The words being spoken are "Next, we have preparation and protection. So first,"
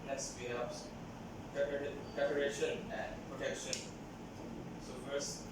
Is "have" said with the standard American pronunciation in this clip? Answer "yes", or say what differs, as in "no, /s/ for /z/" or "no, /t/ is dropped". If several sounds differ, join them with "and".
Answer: no, /p/ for /v/